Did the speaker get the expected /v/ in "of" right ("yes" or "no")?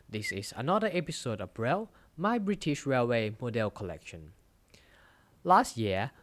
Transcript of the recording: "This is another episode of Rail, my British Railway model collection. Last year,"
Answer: no